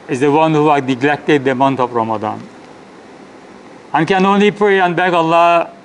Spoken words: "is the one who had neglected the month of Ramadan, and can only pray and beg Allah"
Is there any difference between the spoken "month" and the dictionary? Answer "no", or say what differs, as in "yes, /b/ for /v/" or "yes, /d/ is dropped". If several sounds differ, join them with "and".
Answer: yes, /t/ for /θ/